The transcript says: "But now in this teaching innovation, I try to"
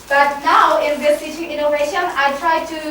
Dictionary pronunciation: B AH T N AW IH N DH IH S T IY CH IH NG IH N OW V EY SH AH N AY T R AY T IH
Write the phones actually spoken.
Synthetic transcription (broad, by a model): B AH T N AW IH N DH IH S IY SH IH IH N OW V EY SH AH N AY T R AY T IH